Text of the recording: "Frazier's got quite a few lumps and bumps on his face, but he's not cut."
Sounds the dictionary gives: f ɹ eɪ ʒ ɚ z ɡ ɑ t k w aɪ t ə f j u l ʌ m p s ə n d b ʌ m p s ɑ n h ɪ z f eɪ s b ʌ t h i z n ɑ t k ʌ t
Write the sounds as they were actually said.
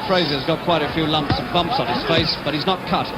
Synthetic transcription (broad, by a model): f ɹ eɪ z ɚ z ɡ ɑ t k w aɪ t ə f j u l ʌ m p s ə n b ʌ m p s n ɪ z f eɪ s b ʌ t h i z n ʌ t k ʌ t